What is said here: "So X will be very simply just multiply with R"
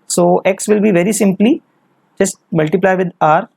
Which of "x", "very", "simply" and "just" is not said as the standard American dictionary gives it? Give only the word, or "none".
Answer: none